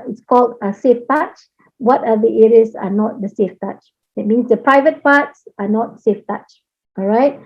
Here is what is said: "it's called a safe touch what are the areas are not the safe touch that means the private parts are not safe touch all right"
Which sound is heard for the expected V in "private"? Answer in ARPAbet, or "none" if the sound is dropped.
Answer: V